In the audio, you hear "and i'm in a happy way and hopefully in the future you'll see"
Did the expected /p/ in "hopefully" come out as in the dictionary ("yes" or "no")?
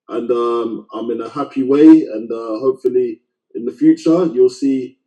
yes